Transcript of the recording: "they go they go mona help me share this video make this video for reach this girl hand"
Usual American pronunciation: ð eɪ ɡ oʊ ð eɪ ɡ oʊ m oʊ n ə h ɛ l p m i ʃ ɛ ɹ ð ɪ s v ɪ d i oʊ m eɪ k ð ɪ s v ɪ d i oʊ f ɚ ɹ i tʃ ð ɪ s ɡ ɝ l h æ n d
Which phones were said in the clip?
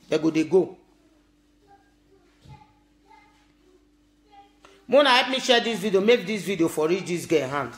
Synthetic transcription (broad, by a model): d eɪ ɡ oʊ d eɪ ɡ oʊ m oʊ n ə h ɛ p m i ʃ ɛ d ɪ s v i d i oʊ m eɪ k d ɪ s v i d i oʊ f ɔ ɹ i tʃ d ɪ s ɡ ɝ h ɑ n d